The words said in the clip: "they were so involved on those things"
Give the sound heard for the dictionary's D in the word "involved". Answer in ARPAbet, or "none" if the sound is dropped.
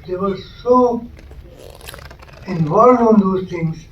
none